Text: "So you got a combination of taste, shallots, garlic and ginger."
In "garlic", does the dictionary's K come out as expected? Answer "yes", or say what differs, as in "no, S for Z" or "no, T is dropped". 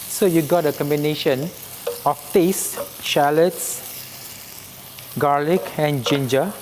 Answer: yes